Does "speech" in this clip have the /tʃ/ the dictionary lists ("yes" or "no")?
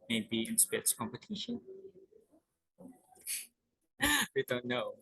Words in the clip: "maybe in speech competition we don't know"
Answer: no